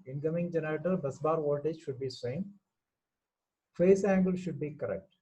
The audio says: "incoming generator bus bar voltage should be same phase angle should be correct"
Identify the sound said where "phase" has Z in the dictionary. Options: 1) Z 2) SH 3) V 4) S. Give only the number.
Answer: 4